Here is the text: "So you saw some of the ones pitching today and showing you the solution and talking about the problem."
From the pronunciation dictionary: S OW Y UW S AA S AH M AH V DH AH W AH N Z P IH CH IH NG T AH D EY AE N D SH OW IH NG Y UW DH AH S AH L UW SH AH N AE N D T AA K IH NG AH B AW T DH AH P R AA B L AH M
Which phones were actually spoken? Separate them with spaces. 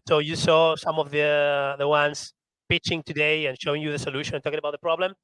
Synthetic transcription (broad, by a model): S OW Y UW S AA S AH M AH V DH AH W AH N S P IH CH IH NG T AH D EY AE N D SH OW IH NG Y UW DH AH S AH L UW SH AH N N T AA K IH NG AH B AW T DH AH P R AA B L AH M